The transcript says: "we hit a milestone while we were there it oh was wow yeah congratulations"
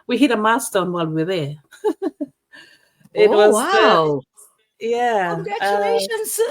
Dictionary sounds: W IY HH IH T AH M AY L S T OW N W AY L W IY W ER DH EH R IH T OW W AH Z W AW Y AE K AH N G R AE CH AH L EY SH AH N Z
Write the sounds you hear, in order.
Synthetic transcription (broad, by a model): W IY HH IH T AH M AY S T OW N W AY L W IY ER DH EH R IH T W AH Z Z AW Y AE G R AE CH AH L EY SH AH N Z